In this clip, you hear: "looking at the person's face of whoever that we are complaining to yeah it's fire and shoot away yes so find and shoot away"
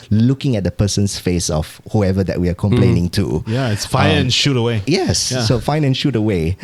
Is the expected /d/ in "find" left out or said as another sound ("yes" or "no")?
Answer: yes